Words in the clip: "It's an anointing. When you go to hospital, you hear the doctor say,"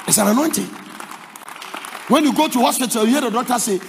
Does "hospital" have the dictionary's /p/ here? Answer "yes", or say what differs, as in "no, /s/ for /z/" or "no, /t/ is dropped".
no, /p/ is dropped